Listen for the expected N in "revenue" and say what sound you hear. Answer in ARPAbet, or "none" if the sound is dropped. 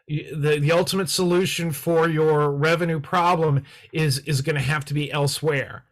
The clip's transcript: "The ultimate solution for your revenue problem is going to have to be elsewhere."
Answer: N